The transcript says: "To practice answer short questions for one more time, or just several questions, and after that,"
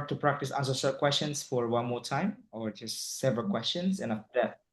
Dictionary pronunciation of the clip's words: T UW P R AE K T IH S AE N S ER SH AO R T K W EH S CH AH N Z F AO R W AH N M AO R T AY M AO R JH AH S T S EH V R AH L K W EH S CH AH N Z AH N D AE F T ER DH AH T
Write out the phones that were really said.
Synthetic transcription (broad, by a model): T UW P R AE K T IH S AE N S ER S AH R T K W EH S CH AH N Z F AO R W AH N M AO R T AY M AO R JH AH S T S EH V R AH L K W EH S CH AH N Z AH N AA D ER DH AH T